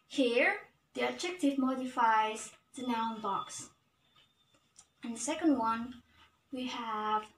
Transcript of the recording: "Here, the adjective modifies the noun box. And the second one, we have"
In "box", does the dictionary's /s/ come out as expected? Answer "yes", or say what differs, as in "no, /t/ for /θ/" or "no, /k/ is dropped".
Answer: yes